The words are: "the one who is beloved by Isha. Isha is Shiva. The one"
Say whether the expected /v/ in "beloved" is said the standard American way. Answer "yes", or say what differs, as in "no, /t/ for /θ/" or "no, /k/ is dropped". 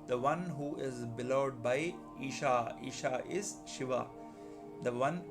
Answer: no, /v/ is dropped